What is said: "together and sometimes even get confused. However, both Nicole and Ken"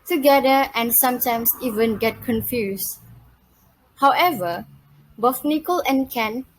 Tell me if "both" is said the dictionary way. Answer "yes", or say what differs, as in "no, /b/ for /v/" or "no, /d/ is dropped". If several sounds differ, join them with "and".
no, /f/ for /θ/